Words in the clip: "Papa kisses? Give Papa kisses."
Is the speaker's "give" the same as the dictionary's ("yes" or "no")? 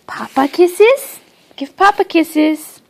no